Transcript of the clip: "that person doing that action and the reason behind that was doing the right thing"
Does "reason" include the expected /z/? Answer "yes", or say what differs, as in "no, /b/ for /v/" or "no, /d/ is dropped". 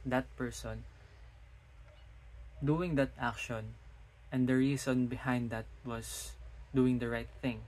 no, /s/ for /z/